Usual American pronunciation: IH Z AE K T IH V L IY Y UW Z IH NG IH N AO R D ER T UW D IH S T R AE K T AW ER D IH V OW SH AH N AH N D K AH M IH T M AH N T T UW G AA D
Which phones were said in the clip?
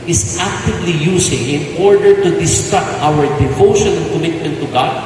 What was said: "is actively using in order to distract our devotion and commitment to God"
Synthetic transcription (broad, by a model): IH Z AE K T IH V L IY Y UW S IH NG IH N AO R D ER T UW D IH S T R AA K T AW ER D IH V OW SH AH N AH K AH M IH T M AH N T T UW G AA D